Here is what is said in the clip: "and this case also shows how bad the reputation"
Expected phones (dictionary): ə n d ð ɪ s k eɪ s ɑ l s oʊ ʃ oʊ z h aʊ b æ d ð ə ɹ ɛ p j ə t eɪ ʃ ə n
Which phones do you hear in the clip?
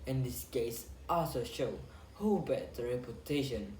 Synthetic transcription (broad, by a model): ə n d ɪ s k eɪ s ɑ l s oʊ ʃ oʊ h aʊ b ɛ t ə ɹ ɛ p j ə t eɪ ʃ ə n